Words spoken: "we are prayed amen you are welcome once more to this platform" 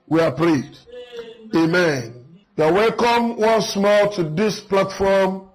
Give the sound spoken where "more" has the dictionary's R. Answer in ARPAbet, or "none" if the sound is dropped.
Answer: L